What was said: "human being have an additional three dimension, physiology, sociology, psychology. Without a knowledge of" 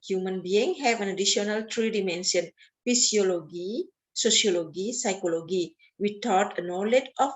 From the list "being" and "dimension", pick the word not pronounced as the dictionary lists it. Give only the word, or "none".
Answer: dimension